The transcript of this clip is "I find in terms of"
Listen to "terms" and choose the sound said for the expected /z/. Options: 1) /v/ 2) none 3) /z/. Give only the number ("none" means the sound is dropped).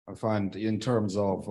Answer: 3